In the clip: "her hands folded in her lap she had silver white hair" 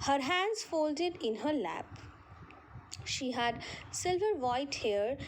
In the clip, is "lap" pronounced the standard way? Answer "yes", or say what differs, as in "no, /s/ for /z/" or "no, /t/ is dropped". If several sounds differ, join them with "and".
yes